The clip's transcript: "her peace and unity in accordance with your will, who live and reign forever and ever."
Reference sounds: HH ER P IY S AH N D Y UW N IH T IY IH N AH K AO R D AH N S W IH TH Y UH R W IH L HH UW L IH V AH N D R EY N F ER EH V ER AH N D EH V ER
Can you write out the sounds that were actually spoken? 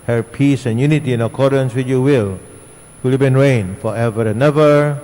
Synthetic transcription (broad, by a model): HH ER P IY S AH N Y UW N IH T IY IH N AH K AO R D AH N S W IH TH Y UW W IH L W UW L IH B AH N R EY N F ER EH V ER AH N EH V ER